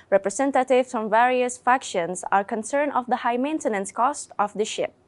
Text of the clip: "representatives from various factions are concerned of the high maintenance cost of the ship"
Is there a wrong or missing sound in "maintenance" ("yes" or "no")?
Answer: no